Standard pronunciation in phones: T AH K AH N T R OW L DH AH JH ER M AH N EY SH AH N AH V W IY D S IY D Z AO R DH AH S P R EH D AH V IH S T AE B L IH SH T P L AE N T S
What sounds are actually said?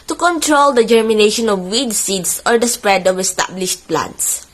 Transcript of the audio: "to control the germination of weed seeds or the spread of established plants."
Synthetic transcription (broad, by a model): T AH K AH N T R OW L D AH JH ER M AH N EY SH AH N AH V W IY D S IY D S AO R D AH S P R EH D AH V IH S T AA B L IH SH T P L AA N T S